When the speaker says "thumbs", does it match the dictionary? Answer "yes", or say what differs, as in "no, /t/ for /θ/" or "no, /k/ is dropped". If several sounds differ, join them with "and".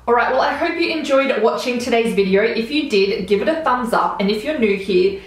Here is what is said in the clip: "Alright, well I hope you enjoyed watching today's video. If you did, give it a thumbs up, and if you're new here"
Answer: yes